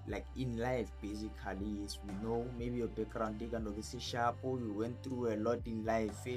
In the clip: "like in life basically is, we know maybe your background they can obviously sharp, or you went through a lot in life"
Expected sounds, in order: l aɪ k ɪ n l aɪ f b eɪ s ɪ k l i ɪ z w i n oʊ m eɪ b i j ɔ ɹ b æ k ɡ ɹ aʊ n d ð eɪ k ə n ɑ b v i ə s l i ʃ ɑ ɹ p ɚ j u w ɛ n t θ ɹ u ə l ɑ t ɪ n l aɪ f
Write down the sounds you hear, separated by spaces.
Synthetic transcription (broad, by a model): l aɪ k ɪ n l aɪ f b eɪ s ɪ k l i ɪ s w i n oʊ m eɪ b i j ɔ b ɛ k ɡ ɹ aʊ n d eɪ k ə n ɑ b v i s i ʃ ɑ p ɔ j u w ɛ n t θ ɹ u ə l ɑ t ɪ n l aɪ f